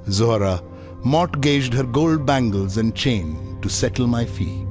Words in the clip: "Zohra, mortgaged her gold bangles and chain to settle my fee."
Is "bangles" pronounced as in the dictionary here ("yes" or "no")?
yes